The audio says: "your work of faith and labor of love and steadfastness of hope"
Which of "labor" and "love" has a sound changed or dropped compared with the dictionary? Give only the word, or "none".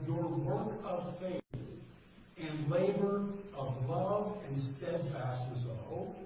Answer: none